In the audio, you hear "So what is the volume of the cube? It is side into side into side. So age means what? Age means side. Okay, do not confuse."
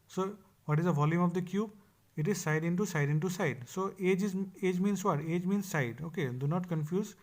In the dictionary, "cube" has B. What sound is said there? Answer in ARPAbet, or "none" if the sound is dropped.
B